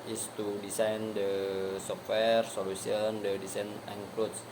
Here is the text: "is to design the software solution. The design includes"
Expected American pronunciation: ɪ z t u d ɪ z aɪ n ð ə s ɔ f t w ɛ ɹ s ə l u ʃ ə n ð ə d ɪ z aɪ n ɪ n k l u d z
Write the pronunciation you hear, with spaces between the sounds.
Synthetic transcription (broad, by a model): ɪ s t u d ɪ s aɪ n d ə s ɔ f t w ɛ ɹ s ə l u s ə n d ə d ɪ s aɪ n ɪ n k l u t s